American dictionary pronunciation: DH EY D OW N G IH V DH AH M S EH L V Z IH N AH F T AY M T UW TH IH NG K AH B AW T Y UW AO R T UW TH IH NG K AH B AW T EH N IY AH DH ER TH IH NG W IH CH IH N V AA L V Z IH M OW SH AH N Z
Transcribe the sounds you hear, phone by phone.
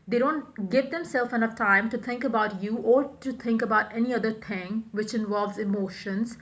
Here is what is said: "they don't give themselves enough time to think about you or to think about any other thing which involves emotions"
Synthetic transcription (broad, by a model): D EY D OW N G IH V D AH M S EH L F IH N AH F T AY M T UW T IH NG K AH B AW T Y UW AO R T UW T IH NG K AH B AW T EH N IY AH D ER T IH NG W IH CH IH N V AA L V Z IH M OW SH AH N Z